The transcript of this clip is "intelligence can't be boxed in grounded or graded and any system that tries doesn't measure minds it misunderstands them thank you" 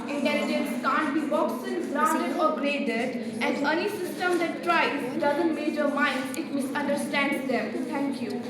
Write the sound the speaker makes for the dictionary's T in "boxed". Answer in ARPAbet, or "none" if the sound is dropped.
none